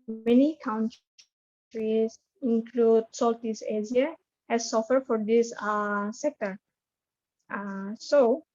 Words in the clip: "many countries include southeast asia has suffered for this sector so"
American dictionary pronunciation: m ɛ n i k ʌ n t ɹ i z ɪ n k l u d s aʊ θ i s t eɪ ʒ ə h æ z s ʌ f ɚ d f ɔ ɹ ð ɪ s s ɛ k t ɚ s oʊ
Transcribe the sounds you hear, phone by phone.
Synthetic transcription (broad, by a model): m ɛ n i k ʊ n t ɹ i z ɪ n k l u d s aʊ t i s eɪ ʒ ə h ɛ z s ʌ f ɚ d f ɔ ɹ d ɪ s s ɛ k t ɚ s oʊ